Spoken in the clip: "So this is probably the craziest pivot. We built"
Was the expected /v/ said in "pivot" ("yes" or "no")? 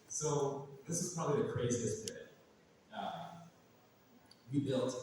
no